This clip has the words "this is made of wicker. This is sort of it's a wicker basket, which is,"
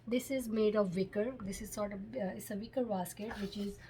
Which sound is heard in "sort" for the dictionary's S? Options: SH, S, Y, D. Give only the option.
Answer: S